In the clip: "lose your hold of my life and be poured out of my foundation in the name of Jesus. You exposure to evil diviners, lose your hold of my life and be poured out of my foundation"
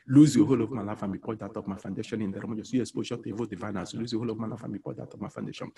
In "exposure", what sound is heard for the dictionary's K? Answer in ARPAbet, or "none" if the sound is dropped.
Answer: none